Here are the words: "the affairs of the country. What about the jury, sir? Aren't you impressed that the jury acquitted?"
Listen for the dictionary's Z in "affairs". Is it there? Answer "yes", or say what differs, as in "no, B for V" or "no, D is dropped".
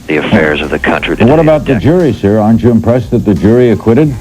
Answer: yes